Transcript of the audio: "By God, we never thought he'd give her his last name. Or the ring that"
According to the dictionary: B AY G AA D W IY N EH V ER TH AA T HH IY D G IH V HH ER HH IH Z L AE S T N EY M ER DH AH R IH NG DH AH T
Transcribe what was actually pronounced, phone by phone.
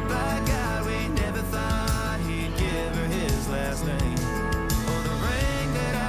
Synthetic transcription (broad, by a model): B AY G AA W IY N EH V ER TH AA T HH IY D G IH V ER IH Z L AE S T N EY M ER DH AH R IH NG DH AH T